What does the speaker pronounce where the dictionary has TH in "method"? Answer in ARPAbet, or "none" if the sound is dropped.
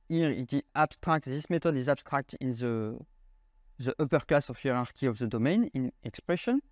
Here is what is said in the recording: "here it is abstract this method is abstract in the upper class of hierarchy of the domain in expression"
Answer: T